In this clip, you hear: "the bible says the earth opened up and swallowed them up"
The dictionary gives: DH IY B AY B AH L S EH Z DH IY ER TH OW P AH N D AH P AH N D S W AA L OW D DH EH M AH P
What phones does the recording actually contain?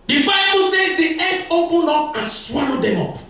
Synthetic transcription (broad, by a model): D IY B AY B AH L S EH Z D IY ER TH OW P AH N AO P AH N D S W AA L OW D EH M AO P